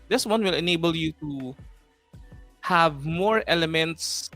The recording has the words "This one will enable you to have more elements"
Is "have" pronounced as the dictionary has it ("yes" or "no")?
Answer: yes